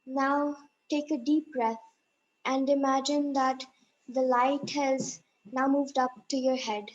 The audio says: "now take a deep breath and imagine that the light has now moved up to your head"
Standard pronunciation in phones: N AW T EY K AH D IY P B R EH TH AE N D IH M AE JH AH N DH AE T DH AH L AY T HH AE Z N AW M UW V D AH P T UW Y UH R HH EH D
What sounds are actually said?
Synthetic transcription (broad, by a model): N AW T EY K AH D IY P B R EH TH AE N D IH M AE JH AH N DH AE T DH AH L AY T HH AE Z N AW M UW V D AH P T UW Y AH R HH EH D